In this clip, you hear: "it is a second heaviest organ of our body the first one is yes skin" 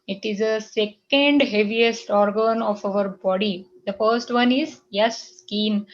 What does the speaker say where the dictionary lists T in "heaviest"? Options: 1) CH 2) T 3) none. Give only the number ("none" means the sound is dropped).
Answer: 2